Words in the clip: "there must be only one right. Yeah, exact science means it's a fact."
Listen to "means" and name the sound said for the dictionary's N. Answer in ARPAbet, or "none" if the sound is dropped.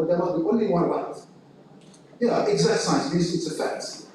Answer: none